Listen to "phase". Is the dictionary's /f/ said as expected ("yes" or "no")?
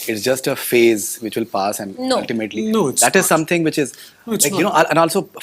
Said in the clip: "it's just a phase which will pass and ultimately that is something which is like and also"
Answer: yes